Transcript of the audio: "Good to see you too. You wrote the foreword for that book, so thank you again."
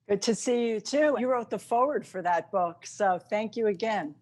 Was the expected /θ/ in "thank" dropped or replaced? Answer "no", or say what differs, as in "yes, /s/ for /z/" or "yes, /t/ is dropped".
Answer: no